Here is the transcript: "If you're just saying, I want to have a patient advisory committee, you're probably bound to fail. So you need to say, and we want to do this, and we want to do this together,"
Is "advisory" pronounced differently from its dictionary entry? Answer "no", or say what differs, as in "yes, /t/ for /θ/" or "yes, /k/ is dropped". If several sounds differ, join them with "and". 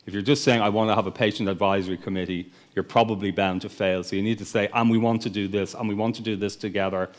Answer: no